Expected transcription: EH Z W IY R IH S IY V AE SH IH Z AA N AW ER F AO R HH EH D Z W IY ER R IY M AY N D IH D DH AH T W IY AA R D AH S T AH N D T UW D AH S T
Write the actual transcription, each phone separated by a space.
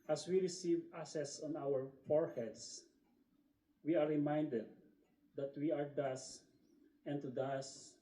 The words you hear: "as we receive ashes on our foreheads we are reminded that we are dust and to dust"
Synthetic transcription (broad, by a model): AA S W IY R IH S IY V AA S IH S AA N AW ER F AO R HH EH D S W IY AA R IY M AY N D IH D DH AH T W IY AA R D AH S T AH N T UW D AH S